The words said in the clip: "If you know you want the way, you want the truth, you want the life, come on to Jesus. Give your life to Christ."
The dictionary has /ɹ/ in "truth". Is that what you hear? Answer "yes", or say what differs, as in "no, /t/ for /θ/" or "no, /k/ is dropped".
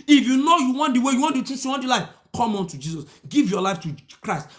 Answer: no, /ɹ/ is dropped